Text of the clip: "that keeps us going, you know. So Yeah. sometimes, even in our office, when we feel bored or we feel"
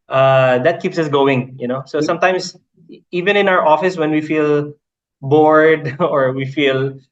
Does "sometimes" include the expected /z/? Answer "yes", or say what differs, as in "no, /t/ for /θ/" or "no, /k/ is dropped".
no, /s/ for /z/